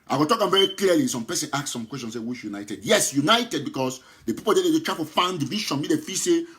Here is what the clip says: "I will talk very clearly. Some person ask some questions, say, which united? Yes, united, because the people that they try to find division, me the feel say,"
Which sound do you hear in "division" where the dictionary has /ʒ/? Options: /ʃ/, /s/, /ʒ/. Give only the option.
/ʃ/